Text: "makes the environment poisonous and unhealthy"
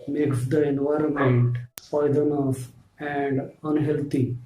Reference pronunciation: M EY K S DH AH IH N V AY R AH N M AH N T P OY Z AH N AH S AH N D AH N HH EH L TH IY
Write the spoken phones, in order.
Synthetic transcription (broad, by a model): M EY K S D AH IH N V AY R AH N M AH N T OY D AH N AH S AH N D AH N HH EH L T IY